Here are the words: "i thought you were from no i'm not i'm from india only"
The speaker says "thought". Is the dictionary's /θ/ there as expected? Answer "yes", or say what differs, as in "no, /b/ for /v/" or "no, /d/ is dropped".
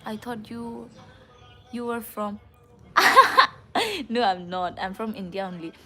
no, /t/ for /θ/